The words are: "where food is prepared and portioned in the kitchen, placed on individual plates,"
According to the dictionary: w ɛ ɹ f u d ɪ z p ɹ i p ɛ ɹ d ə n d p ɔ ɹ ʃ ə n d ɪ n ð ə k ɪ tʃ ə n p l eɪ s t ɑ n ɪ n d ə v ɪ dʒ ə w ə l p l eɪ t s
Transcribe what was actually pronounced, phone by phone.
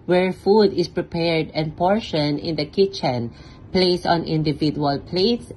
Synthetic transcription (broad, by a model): w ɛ ɹ f u d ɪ s p ɹ i p ɛ ɹ d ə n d p ɔ ɹ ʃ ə n ɪ n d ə k ɪ tʃ ə n p l eɪ s ɑ n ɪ n d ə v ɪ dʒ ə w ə l p l eɪ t s